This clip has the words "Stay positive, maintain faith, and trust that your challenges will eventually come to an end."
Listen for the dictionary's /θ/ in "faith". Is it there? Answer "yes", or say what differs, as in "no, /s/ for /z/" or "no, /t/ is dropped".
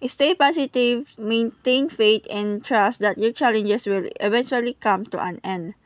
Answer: no, /t/ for /θ/